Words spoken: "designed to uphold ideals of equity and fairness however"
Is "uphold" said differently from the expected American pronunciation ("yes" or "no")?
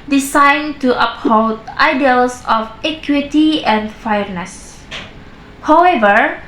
yes